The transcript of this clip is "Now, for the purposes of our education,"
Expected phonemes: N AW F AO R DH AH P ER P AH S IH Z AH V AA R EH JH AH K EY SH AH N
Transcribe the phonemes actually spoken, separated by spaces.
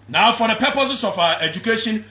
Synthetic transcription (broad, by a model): N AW F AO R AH P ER P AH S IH S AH F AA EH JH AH K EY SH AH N